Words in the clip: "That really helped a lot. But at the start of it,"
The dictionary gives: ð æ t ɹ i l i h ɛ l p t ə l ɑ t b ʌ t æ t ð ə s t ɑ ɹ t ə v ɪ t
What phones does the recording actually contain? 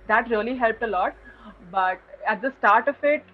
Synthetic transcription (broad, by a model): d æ t ɹ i l i h ɛ l p t ə l ɑ t b ʌ t æ t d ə s t ɑ ɹ t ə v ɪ t